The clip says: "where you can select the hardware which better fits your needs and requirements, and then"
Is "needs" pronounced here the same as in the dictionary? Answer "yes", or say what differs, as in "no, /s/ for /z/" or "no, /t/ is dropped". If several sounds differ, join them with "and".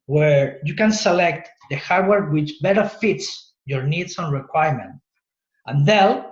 no, /s/ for /z/